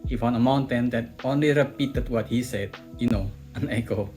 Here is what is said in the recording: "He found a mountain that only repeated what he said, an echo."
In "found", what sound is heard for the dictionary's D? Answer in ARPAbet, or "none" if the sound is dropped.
none